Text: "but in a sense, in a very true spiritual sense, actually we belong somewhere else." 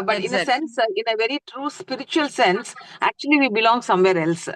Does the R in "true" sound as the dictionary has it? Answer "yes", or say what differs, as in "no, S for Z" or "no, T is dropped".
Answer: yes